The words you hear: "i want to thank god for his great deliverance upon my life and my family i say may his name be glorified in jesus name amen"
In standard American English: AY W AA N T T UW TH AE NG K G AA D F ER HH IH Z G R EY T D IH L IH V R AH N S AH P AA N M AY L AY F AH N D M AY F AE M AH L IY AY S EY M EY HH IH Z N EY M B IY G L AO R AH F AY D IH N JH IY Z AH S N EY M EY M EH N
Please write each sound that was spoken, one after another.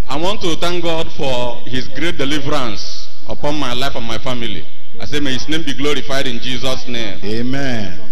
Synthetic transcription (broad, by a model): AY W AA N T T UW T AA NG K G AA D F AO HH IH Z G R EY T D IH L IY V R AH N S AH P AA N M AY L AY F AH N M AY F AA M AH L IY AY S EY M EY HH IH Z N EY M B IY G L AO R AH F AY D IH N JH IY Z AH S N EY M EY M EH N